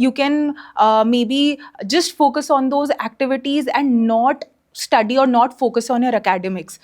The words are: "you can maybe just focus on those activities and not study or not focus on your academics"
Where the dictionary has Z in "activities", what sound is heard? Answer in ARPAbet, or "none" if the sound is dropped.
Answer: Z